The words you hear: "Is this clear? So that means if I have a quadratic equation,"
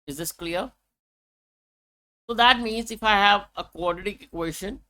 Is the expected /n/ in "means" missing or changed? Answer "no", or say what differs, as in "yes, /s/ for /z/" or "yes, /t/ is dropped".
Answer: no